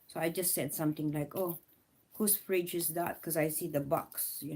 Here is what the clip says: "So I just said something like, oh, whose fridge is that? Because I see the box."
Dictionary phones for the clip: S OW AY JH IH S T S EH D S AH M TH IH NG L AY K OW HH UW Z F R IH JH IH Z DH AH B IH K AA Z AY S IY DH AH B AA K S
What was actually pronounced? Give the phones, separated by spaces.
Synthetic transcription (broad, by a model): S OW AY JH IH S T S EH D S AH M T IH NG L AY K OW HH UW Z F R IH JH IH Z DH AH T K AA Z AY S IY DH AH B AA K S